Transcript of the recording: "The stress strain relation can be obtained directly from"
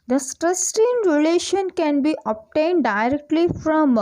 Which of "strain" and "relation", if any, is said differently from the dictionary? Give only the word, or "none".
strain